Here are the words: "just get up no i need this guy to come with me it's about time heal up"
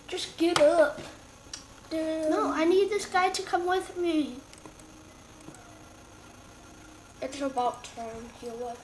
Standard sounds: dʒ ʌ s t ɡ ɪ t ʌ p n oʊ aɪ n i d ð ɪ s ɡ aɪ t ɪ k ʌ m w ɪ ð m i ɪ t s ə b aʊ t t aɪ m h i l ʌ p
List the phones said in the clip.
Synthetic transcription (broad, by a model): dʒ ʌ s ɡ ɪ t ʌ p n oʊ aɪ n i d ð ɪ s ɡ aɪ t ɪ k ʌ m w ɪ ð m i ɪ t s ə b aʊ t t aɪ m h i w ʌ